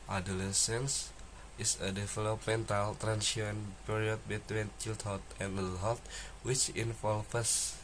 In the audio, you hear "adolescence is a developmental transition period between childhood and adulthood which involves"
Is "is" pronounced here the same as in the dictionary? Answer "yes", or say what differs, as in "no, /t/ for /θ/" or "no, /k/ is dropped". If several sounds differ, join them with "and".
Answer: no, /s/ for /z/